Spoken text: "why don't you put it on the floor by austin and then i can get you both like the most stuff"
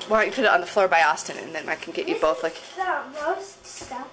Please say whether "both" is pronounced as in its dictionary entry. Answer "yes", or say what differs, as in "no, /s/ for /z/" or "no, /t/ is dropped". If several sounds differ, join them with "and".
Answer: yes